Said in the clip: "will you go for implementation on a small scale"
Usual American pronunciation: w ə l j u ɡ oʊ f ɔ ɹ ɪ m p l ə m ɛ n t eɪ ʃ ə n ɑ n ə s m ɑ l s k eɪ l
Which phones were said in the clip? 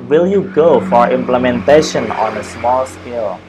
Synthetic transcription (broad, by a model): w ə l j u ɡ oʊ f ɔ ɹ ɪ m p l ə m ɛ n t eɪ ʃ ə n ɑ n ə s m ɑ l s k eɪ l